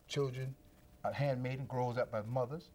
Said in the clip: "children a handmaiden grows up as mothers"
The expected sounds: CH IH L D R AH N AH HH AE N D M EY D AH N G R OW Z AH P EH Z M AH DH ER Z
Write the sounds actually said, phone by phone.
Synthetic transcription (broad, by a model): CH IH L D R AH N AH HH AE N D M EY D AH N G R OW Z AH B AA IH M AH DH ER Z